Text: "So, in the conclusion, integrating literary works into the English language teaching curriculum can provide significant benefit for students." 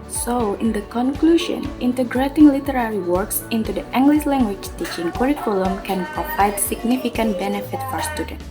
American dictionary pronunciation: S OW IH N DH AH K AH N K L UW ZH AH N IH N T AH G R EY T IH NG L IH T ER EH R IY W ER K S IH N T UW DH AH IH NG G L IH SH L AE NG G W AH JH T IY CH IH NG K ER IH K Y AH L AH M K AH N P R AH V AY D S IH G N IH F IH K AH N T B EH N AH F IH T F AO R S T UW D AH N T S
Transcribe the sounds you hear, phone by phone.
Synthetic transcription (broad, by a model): S OW IH N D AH K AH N K L UW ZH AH N IH N T AH G R EY T IH NG L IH T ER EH R IY W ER K S IH N T UW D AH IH NG G L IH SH L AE NG G W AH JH T IY CH IH NG K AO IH K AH L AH M K AH N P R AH P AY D S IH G N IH F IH K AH N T B EH N AH F IH T F AO R S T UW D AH N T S